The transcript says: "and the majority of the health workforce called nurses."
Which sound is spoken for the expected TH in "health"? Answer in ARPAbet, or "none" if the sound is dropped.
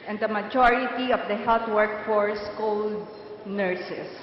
T